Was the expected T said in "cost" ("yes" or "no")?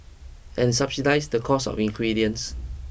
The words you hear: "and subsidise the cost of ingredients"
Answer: no